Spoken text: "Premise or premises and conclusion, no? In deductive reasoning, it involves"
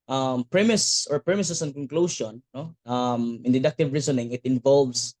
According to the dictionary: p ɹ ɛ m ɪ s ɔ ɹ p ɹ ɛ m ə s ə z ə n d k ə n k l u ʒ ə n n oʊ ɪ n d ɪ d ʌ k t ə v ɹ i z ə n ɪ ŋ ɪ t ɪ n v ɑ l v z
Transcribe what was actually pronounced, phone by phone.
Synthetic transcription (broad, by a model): p ɹ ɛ m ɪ s ɔ ɹ p ɹ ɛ m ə s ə s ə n k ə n k l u ʃ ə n n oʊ ɪ n d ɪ d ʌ k t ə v ɹ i s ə n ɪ ŋ ɪ t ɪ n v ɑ l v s